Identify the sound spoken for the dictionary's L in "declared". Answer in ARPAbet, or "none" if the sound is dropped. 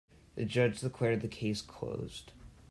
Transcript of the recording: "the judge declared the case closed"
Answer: W